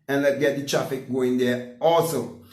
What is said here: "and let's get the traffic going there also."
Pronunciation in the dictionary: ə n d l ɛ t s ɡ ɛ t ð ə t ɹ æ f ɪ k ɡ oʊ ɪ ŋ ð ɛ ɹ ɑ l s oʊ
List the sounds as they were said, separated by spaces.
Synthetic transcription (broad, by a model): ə n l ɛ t ɡ ɛ t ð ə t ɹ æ f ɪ k ɡ oʊ ɪ ŋ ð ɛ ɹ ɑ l s oʊ